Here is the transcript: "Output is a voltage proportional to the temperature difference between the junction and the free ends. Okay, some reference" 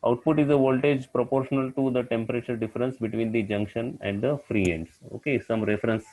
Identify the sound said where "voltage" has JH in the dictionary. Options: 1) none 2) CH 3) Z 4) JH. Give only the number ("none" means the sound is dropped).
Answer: 4